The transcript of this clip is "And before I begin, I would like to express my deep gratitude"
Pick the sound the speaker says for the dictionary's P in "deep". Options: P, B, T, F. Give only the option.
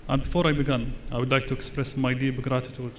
B